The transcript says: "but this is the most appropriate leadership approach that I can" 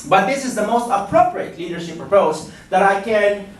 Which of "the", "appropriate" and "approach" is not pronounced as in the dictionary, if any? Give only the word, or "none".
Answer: approach